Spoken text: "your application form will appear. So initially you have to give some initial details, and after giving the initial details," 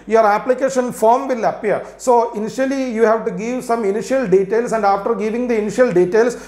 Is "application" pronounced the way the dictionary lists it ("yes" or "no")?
yes